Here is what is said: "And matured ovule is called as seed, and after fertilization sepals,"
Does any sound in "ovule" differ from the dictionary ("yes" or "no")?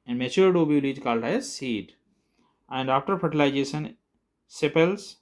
yes